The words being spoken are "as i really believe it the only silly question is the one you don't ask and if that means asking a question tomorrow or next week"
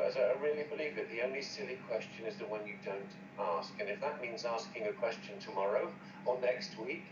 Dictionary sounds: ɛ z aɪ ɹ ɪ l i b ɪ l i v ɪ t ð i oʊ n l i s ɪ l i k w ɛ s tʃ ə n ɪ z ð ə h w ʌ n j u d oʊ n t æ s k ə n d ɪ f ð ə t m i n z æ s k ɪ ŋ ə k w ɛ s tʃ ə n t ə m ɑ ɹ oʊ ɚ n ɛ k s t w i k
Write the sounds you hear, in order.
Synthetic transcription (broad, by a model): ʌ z aɪ ɹ ɪ l i b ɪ l i v ɪ t ð i oʊ n l i s ɪ l i k w ɛ s tʃ ə n ɪ z ð ə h w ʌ n j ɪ d oʊ n t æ s k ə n ɪ f ð ə t m i n z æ s k ɪ ŋ ə k w ɛ s tʃ ə n t ə m ɑ ɹ oʊ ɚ n ɛ k s t w i k